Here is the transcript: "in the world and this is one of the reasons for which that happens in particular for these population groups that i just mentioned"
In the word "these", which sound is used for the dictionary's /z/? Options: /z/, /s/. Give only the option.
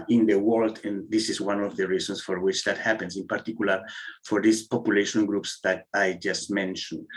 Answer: /s/